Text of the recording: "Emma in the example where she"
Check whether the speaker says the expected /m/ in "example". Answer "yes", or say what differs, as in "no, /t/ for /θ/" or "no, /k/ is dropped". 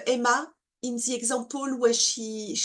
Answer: no, /m/ is dropped